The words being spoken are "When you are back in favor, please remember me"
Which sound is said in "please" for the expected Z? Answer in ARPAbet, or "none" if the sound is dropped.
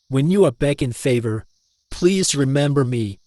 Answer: Z